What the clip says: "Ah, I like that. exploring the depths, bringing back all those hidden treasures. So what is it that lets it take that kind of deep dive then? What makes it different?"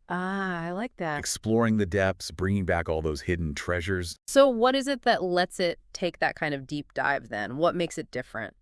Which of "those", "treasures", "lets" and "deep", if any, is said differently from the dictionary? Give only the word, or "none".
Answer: none